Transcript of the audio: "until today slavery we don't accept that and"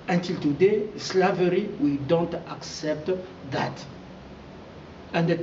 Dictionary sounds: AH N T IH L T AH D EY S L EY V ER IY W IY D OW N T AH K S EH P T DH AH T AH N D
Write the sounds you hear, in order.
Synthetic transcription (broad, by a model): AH N T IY L T AH D EY S L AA V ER IY W IY D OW N T AH K S EH P T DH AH T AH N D